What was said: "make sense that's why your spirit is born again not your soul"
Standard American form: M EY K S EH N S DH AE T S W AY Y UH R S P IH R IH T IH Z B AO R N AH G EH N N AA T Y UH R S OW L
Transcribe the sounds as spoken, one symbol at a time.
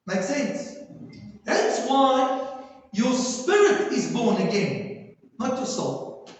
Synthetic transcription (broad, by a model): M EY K S EH N S DH AE T S W AY Y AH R S P IH R IH T IH Z B AO R N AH G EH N N AA T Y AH S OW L